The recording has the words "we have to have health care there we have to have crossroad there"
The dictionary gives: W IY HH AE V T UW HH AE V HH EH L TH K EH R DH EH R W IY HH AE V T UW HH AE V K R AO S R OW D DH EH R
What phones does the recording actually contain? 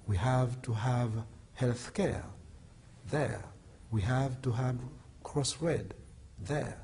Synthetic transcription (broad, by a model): W IY HH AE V T UW HH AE V HH EH L TH K EH R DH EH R W IY HH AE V T UW HH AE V K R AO S R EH D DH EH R